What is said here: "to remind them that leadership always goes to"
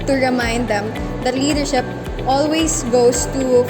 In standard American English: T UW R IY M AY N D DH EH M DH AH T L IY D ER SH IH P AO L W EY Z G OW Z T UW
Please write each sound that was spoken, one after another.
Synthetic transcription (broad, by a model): T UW R IY M AY N D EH M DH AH T L IY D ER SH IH P AO L W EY S G OW S T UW